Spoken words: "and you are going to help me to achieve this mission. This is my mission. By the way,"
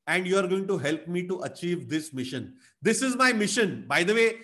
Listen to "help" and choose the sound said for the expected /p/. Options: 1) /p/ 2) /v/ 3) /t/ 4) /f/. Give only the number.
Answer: 1